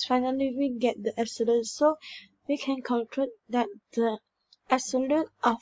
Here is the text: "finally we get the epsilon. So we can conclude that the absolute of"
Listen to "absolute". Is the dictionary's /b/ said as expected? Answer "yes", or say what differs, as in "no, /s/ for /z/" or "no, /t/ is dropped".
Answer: no, /b/ is dropped